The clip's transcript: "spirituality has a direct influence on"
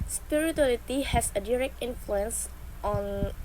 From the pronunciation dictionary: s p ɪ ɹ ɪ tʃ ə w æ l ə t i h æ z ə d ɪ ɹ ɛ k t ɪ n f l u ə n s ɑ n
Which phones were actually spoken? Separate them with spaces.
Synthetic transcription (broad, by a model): s p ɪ ɹ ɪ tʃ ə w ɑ l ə t i h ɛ s ə d ɪ ɹ ɛ k t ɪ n f l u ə n s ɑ n